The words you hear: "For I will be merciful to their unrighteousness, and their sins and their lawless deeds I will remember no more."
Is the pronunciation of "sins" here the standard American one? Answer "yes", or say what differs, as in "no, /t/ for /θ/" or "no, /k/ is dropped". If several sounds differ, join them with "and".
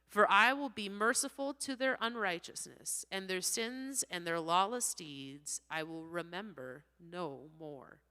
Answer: yes